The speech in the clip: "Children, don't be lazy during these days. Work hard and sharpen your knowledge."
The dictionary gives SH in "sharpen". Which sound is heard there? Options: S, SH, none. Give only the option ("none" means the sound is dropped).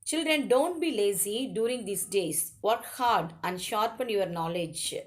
SH